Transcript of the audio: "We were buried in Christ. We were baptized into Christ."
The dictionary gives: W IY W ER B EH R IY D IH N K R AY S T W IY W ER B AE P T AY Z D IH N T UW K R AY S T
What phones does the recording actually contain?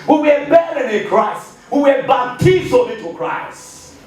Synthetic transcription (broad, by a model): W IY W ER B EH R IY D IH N K R AY S T W IY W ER B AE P T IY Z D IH T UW K R AY S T